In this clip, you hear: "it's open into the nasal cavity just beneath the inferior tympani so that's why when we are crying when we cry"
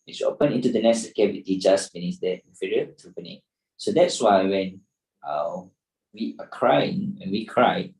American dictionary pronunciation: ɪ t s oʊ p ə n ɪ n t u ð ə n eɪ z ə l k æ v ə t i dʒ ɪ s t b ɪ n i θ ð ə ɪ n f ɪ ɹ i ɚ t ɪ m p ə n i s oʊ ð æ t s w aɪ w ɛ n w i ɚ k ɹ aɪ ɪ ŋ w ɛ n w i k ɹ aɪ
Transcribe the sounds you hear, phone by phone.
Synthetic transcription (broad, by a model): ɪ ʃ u oʊ p ə n ɪ n t u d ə n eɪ s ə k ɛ w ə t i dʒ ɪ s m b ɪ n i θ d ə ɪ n f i ɹ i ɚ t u p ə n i s oʊ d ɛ t s w aɪ w ɛ n w i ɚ k ɹ aɪ ɪ ŋ w ɛ n w i k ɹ aɪ